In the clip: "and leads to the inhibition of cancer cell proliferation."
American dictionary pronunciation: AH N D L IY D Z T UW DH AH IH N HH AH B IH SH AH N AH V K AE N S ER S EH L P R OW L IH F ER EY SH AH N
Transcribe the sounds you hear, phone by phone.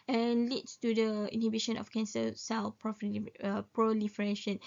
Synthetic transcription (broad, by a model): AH N L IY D S T UW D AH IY N HH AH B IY SH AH N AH F K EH N S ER S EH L P R OW L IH F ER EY SH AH N